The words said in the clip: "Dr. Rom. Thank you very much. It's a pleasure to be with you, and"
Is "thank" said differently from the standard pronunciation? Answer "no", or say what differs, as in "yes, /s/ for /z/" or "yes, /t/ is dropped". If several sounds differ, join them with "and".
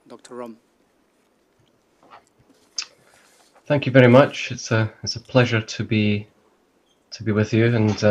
no